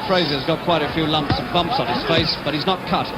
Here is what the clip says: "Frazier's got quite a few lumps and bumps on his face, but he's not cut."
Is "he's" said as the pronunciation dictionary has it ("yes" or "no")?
yes